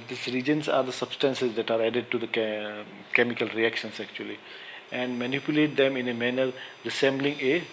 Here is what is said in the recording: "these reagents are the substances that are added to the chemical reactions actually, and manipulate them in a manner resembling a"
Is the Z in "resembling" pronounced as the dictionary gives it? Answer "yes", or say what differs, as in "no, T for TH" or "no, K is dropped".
no, S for Z